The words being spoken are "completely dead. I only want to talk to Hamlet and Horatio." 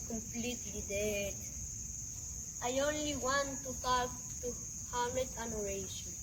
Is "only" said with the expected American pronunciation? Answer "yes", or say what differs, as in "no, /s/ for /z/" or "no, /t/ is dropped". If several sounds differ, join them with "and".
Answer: yes